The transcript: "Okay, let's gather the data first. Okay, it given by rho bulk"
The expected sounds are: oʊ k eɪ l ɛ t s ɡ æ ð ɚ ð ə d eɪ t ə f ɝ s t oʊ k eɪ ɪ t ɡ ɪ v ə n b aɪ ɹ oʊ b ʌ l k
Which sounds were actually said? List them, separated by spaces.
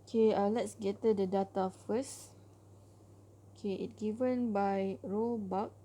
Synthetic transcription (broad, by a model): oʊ k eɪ l ɛ t s ɡ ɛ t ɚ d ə d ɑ t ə f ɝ s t oʊ k eɪ ɪ t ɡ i v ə n b aɪ ɹ oʊ b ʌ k